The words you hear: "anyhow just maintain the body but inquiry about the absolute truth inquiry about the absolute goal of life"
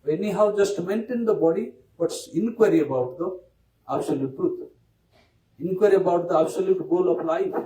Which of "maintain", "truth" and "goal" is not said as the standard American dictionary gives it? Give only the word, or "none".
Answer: truth